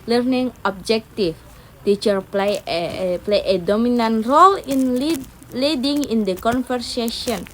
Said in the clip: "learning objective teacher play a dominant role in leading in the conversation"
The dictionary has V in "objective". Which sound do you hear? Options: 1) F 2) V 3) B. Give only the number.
1